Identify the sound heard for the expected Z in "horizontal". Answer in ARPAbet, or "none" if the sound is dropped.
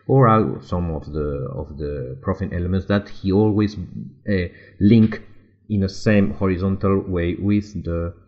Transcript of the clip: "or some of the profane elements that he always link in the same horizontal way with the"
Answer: Z